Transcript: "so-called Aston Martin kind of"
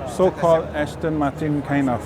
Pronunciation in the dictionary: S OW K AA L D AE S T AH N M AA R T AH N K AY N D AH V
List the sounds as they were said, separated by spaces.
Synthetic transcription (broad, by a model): S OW K AA L D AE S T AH N M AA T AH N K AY N AH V